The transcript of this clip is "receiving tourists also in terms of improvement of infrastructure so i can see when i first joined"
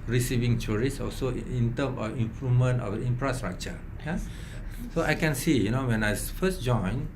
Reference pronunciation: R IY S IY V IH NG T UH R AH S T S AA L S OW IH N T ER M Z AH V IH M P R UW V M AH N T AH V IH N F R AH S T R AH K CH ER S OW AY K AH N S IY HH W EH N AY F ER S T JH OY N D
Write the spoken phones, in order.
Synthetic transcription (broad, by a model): R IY S IY V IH NG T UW R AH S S AA L S OW IH N T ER M AH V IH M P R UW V M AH N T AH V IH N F R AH S T R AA K CH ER S OW AY K AH N S IY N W EH N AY F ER S JH OY N